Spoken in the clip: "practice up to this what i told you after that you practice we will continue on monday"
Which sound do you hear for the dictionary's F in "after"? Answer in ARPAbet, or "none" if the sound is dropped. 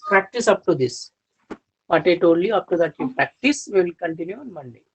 P